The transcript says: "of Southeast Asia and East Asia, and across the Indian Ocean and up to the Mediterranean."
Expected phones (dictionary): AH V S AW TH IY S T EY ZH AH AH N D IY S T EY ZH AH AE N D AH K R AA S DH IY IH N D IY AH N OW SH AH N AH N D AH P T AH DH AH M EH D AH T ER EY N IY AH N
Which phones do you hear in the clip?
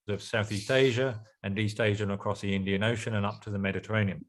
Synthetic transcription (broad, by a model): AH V S AW TH IY S T EY ZH AH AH N IY S T EY ZH AH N AH K R AA S DH IY IH N D IY AH N OW SH AH N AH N AH P T AH DH AH M EH D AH T ER EY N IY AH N